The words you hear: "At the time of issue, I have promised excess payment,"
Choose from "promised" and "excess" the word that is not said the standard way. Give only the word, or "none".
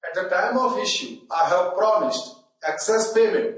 none